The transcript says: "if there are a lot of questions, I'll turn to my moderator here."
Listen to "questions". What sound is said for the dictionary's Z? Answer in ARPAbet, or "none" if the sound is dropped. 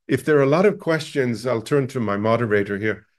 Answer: Z